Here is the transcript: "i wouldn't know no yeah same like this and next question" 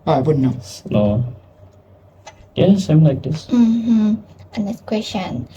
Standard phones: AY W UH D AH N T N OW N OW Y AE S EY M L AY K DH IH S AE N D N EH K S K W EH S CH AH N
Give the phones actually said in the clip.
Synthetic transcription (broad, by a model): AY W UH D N N OW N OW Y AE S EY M L AY K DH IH S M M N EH S K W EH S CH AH N